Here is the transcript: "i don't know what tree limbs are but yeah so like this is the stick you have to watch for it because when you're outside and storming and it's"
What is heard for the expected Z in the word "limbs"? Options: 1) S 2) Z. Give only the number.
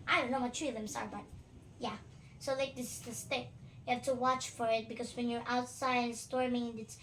1